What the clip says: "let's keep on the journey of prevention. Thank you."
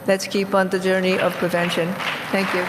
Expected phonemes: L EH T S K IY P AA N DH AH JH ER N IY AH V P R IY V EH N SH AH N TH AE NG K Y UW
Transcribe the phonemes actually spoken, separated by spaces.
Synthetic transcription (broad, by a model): L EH T S K IY P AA N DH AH JH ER N IY AH V P R IY V EH N SH AH N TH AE NG K Y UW